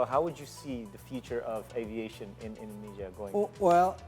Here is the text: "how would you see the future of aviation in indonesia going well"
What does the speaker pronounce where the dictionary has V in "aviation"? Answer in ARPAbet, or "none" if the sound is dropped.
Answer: V